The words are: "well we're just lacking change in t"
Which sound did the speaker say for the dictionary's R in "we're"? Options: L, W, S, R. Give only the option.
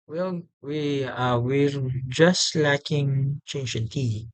W